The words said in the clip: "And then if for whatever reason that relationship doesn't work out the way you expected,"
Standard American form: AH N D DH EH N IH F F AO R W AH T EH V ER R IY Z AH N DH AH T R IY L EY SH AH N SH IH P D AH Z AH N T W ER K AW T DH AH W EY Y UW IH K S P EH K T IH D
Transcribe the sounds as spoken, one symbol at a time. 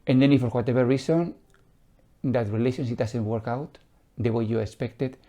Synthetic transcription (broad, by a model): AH N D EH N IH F F AO R W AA T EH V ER R IY S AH N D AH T R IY L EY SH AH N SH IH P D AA S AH N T W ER K AW T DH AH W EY Y UW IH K S P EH K T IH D